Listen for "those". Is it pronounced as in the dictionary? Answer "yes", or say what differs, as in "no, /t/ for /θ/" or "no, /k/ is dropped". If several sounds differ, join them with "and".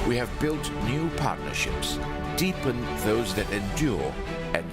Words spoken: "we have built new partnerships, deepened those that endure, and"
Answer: yes